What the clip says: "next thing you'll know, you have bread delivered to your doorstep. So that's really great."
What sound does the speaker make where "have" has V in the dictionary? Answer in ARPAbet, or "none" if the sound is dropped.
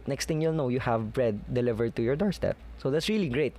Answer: V